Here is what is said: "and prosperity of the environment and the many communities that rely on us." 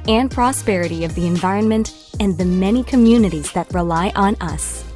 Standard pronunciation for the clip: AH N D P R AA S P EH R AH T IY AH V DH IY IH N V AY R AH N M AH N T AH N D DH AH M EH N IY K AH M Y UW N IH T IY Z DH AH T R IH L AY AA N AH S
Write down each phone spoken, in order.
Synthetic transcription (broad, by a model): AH N P R AA S P EH R AH T IY AH V DH IY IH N V AY R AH N M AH N T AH N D DH AH M EH N IY K AH M Y UW N IH T IY Z DH AH T R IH L AY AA N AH S